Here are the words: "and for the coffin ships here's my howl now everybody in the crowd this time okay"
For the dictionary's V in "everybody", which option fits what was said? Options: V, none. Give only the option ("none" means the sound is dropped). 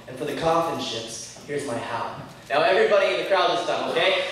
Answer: V